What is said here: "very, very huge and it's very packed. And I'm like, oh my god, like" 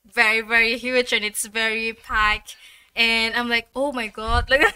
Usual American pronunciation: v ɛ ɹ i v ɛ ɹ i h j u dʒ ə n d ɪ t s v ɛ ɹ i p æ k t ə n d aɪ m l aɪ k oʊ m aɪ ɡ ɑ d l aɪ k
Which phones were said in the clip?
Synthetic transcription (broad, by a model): v ɛ ɹ i v ɛ ɹ i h j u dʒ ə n ɪ t s v ɛ ɹ i p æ k ə n aɪ m l aɪ k oʊ m aɪ ɡ ɑ d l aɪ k